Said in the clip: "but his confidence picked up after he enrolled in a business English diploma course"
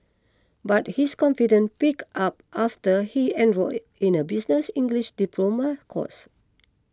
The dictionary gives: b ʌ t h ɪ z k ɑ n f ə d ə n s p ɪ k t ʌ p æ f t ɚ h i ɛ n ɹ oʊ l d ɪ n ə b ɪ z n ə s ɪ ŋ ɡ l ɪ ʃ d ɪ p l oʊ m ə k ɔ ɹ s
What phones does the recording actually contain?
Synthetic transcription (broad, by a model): b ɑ t h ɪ s k ɑ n f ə d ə n p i k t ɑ p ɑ f t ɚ h i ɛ n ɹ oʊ ɪ n ə b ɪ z n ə s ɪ ŋ ɡ l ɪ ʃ d ɪ p l oʊ m ə k ɔ s